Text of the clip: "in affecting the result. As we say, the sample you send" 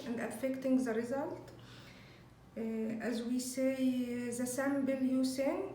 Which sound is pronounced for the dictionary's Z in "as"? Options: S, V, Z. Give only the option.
Z